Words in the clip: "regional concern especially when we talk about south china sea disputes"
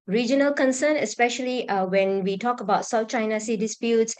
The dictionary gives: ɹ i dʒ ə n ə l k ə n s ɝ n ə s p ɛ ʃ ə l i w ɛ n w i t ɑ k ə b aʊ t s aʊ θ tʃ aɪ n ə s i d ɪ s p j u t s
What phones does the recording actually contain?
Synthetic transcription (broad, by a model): ɹ i dʒ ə n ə l k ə n s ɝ n ə s p ɛ ʃ ə l i w ɛ n w i t ɑ k ə b aʊ t s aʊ f tʃ aɪ n ə s i d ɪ s p j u t s